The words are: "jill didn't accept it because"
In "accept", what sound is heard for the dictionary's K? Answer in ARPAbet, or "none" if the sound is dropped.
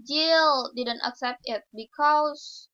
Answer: K